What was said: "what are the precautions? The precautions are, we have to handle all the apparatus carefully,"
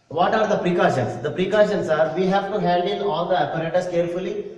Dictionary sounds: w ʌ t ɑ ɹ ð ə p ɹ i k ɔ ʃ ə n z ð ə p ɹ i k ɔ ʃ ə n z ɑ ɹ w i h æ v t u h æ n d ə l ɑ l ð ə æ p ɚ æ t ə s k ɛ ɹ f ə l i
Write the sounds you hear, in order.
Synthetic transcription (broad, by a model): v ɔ t ɑ ɹ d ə p ɹ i k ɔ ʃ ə n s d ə p ɹ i k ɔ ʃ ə n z ɑ ɹ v i h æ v t u h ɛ l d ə n ɑ l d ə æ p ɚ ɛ t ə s k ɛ ɹ f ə l i